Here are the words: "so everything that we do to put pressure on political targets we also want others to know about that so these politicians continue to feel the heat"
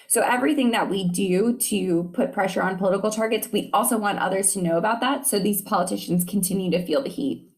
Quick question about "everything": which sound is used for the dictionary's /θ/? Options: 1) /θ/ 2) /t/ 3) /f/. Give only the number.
1